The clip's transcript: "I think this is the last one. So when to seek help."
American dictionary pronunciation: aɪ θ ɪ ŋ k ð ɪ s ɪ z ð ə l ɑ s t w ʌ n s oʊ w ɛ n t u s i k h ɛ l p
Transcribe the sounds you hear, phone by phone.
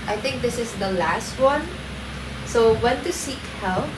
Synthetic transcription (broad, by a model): aɪ t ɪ ŋ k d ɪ s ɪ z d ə l ɑ s t w ʌ n s oʊ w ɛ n t u s i k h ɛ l